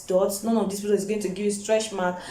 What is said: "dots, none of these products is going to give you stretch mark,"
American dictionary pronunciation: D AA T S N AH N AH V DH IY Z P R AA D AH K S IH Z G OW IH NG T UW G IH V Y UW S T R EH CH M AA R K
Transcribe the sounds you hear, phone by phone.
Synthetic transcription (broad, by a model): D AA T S N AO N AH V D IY S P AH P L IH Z G OW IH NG T UW G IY V Y UW S T R EH CH M AA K